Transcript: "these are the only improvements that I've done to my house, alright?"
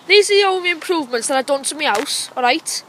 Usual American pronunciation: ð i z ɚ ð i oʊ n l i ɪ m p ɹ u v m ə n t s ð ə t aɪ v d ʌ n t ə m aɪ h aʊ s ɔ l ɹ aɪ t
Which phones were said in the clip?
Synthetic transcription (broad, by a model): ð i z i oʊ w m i ɪ m p ɹ u v m ə n t s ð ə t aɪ d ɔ n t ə m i aʊ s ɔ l ɹ aɪ t